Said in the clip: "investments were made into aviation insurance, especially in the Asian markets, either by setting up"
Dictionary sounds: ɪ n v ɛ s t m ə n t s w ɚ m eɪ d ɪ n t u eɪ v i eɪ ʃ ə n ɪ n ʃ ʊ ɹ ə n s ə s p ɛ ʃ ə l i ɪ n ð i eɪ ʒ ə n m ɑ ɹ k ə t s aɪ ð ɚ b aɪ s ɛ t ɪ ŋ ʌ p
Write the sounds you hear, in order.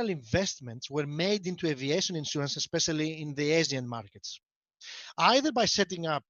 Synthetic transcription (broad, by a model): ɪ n v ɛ s t m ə n t s w ɚ m eɪ d ɪ n t u eɪ v i eɪ ʃ ə n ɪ n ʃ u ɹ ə n s ə s p ɛ ʃ ə l i ɪ n ð i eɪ z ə n m ɑ ɹ k ə t s aɪ ð ɚ b aɪ s ɛ t ɪ ŋ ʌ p